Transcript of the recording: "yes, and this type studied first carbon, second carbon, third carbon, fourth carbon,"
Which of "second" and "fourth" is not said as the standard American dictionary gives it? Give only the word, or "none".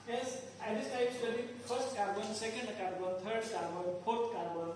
fourth